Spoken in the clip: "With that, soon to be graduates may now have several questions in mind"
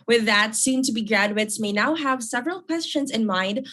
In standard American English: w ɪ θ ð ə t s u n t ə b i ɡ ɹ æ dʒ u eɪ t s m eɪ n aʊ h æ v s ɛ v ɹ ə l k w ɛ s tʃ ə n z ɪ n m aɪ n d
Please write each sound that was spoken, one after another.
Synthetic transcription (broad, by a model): w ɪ ð ə t s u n t ə b i ɡ ɹ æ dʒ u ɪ t s m eɪ n aʊ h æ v s ɛ v ɹ ə l k w ɛ s tʃ ə n z ɪ n m aɪ n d